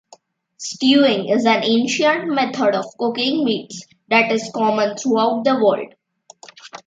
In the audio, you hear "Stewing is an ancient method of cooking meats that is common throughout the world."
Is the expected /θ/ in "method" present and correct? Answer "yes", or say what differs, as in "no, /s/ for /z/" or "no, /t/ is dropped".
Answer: no, /t/ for /θ/